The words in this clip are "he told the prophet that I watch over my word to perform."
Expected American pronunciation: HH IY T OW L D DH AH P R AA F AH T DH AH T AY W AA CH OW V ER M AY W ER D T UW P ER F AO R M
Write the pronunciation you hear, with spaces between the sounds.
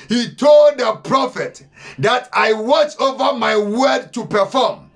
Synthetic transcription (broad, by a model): HH IY T OW L D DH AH P R AA F AH T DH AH T AY W AA CH OW V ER M AY W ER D T UW P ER F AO M